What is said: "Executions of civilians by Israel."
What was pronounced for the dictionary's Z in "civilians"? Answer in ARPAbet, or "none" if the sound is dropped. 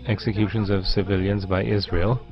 Z